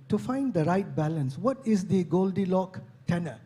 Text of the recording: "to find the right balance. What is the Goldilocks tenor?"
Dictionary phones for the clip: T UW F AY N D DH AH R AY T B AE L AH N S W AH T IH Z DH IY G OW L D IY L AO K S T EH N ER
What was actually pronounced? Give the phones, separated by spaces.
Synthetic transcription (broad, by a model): T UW F AY N D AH R AY T B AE L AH N S W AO T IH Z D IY G OW L D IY L AO K T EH N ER